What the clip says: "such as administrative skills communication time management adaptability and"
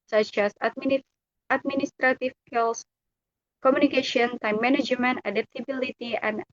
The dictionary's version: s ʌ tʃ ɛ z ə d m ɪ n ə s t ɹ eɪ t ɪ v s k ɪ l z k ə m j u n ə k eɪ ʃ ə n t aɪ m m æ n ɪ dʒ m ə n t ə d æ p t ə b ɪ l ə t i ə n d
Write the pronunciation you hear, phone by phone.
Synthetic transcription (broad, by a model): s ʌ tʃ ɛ s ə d m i n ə s t ɹ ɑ t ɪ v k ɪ l s k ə m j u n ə k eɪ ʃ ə n t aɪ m m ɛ n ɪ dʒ m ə n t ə d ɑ p t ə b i l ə t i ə n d